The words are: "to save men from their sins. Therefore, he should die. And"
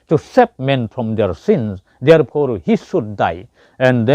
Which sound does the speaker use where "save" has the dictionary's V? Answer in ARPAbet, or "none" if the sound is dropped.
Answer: P